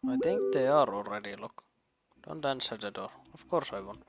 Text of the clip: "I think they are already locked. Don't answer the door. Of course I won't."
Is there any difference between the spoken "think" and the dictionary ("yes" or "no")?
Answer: yes